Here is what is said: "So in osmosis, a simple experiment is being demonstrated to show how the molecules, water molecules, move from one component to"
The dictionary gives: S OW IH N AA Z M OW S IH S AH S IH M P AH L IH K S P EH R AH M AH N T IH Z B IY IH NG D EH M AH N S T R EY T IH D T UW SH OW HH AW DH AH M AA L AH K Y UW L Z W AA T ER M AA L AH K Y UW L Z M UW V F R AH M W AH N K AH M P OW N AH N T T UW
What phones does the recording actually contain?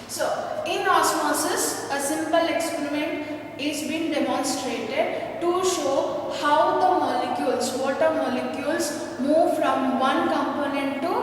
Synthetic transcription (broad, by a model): S OW IH N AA S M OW S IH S AH S IH M P AH L IH K S P EH R AH M AH N T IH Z B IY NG D EH M AH N S T R EY T IH D T UW SH OW HH AW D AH M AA L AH K Y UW L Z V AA T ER M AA L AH K Y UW L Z M UW V F R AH M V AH N K AH M P OW N AH N T T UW